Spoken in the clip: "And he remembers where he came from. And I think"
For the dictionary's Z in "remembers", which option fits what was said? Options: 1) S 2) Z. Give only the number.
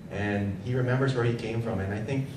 2